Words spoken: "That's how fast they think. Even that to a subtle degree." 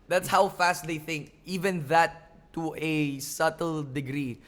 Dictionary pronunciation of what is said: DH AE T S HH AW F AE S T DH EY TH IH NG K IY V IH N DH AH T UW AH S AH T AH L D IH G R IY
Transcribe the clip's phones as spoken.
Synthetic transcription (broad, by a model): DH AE T S HH AW F AE S T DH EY TH IH NG K IY V IH N DH AH T UW AH S AH T AH L D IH G R IY